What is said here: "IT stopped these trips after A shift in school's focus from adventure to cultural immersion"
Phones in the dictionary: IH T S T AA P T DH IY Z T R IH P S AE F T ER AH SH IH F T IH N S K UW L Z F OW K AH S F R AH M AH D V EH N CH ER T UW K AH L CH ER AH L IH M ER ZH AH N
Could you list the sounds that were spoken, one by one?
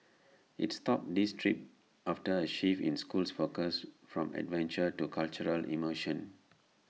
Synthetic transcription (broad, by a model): IH T S T AA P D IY S T R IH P AA F T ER AH SH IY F IH N S K UW L S F OW K AH S F R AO M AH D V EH N CH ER T UW K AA L CH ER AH L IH M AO SH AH N